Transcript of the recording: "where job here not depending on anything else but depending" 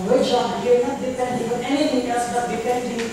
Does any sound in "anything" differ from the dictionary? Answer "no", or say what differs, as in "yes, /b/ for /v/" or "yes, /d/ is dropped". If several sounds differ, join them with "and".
yes, /t/ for /θ/